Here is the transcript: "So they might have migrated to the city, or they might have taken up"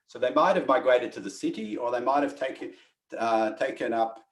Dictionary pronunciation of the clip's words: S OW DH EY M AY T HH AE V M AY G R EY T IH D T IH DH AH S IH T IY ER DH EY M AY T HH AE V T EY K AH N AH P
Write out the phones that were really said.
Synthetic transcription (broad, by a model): S OW DH EY M AY T HH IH V M AY G R EY T IH D T IH DH AH S IH T IY ER DH EY M AY T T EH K T EY K AH N AH P